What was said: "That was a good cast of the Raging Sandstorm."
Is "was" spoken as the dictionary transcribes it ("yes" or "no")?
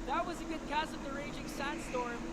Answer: yes